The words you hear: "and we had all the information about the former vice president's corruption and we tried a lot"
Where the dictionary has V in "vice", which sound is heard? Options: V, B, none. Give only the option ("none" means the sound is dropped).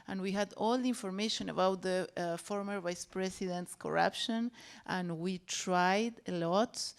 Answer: V